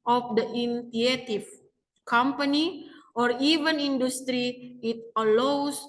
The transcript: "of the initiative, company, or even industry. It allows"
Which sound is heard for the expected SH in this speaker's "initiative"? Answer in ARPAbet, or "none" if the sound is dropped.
none